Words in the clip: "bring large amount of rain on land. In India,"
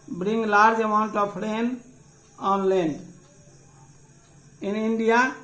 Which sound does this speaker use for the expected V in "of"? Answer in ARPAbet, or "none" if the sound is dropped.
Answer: P